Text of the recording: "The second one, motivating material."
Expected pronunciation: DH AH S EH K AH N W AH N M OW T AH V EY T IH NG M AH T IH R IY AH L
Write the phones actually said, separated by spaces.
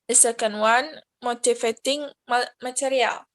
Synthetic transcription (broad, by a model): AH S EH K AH N W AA N M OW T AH F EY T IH NG M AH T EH R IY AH L